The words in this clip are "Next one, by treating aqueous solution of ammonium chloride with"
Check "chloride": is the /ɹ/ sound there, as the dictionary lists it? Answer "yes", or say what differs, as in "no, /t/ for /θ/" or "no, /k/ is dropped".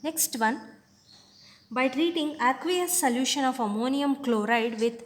yes